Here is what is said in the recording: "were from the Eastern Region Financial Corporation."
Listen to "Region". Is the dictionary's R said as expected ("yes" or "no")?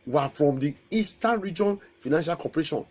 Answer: yes